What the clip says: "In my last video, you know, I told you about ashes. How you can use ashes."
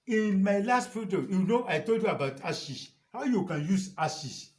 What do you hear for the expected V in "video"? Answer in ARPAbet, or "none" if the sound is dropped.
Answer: F